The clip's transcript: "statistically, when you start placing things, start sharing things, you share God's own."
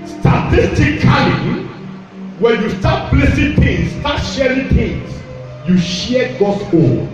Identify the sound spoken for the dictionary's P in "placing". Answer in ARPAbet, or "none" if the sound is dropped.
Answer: B